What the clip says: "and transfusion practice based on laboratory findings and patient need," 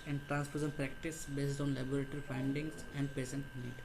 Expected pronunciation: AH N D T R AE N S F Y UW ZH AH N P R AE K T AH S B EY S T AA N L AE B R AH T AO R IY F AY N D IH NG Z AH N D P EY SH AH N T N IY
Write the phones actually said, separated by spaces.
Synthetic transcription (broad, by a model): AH N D T R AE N S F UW S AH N P R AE K T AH S B EY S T AA N L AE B R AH T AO R IY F AY N D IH NG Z AH N D P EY S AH N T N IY